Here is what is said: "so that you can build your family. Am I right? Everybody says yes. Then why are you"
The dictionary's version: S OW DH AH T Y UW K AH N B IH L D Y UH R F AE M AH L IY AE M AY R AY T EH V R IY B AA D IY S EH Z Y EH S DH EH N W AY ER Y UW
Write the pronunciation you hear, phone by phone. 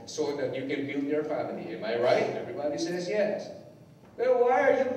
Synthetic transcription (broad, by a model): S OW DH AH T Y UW K AH N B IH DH Y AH R F AE M AH L IY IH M AY R AY T EH V R IY B AA D IY S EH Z Y EH S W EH L W AY ER Y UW